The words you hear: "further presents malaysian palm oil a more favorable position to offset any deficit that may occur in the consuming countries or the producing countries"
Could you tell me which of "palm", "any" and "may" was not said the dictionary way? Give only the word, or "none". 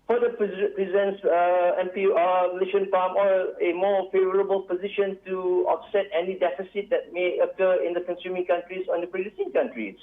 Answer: palm